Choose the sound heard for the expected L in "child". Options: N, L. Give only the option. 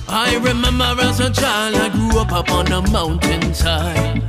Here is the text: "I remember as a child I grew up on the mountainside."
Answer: L